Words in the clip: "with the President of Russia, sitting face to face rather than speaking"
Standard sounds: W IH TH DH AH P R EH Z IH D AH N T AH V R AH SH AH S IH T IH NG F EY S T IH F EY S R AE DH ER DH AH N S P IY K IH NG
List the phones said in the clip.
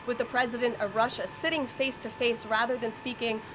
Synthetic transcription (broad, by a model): W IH DH AH P R EH Z IH D AH N T AH V R AH SH AH S IH T IH NG F EY S T IH F EY S R AE DH ER DH AH N S P IY K IH NG